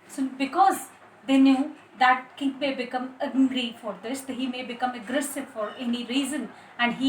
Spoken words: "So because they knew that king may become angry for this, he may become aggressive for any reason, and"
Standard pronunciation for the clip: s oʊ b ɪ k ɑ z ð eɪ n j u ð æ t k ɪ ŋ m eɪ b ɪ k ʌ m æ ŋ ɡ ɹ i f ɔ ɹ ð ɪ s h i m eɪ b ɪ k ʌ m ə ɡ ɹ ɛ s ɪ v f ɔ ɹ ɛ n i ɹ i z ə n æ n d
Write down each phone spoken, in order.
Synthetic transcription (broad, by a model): s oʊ b ɪ k ɑ z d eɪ n j u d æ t k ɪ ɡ m eɪ b ɪ k ʌ m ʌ ɡ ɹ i f ɔ ɹ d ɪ s h i m eɪ b ɪ k ʌ m ə ɡ ɹ ɛ s ɪ v f ɔ ɹ ɛ n i ɹ i z ə n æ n d